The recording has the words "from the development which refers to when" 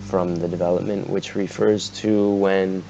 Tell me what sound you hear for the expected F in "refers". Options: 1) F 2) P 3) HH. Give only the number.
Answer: 1